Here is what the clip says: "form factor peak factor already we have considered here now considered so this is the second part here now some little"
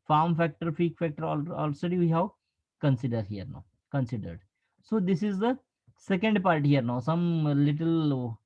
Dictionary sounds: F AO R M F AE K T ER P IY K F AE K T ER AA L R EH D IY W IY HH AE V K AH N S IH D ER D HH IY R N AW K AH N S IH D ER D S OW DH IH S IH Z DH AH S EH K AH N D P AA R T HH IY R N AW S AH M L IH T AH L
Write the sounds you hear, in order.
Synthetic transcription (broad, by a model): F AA R M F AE K T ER F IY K F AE K T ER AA L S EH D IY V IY HH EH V K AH N S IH D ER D HH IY R N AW K AH N S IH D ER D S OW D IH S IH Z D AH S EH K AH N D P AA R T HH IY R N AW S AH M L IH T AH L